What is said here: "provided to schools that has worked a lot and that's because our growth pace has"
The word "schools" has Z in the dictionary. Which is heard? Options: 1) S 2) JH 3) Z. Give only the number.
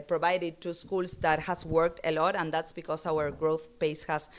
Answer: 1